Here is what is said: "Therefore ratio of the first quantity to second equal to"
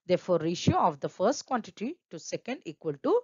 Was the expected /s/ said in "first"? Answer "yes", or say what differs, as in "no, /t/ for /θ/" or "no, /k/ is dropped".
yes